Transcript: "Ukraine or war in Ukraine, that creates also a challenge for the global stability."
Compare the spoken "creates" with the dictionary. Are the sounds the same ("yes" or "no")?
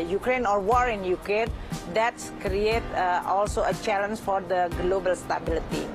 no